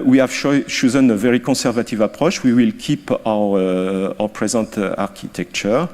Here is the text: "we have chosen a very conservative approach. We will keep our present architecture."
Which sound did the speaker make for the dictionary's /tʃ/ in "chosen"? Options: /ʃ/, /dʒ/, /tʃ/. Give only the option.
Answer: /ʃ/